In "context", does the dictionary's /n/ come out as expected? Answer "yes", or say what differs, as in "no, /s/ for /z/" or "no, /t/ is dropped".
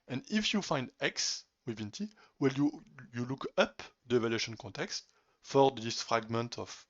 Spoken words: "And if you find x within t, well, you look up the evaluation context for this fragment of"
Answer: yes